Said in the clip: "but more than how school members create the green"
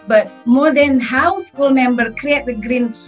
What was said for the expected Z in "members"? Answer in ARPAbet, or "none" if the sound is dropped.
none